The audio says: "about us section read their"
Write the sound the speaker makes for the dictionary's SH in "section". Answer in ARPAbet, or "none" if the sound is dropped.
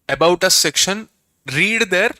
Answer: SH